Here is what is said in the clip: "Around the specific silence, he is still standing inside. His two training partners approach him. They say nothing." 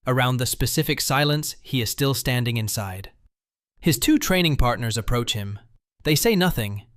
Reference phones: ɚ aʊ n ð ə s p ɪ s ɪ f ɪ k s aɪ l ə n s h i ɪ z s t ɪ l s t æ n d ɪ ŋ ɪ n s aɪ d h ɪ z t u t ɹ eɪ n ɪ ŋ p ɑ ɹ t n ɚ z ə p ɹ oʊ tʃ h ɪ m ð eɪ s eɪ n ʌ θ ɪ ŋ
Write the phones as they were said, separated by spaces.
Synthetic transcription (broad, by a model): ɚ aʊ n ð ə s p ɪ s ɪ f ɪ k s aɪ l ə n s h i ɪ z s t ɪ l s t æ n d ɪ ŋ ɪ n s aɪ d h ɪ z t u t ɹ eɪ n ɪ ŋ p ɑ ɹ t n ɚ z ə p ɹ oʊ tʃ h ɪ m ð eɪ s eɪ n ʌ θ ɪ ŋ